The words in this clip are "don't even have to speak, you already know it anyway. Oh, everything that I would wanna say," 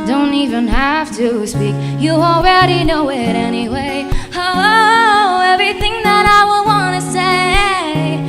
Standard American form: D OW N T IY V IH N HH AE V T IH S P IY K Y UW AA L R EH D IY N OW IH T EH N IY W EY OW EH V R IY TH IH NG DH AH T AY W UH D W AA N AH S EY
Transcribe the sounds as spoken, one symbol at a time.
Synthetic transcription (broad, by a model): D OW N T IY V IH N HH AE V T IH S P IY K Y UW AA L R EH D IY N OW IH T EH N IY W EY OW EH V R IY TH IH NG DH AH T AY W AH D W AA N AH S EY